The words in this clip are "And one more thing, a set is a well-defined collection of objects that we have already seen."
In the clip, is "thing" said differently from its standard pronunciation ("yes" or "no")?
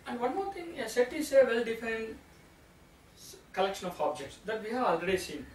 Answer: yes